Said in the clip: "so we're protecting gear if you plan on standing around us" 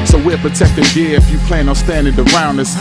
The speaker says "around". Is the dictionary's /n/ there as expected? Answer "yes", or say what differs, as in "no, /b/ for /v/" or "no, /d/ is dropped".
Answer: yes